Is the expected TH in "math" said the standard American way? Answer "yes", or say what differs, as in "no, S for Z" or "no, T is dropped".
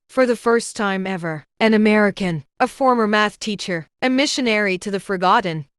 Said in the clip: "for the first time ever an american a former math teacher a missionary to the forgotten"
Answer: yes